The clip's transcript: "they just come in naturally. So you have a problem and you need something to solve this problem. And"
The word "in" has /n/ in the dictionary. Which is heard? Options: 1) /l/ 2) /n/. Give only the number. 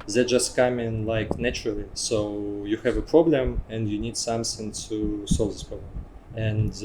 1